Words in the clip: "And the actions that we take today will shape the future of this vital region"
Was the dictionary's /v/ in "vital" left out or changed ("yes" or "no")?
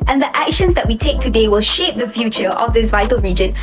no